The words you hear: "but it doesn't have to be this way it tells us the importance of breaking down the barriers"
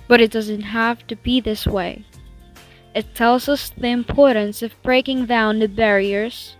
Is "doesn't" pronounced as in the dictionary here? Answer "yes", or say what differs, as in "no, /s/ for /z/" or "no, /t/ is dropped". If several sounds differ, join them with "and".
yes